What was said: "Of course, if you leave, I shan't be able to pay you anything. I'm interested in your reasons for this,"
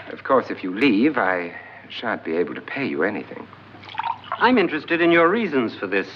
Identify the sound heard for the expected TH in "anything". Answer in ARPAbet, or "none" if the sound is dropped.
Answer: TH